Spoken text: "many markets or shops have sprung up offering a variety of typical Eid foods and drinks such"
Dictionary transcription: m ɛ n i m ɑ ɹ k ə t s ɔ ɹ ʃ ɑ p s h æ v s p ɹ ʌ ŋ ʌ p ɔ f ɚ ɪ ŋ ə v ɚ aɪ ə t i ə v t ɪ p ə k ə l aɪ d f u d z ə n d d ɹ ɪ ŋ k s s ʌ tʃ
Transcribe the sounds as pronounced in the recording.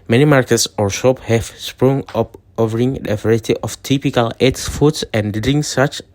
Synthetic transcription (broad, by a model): m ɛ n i m ɑ ɹ k ə t s ɔ ɹ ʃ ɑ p h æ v s p ɹ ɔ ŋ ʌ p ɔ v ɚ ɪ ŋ ə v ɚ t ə t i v t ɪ p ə k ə l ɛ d f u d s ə n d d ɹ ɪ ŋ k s s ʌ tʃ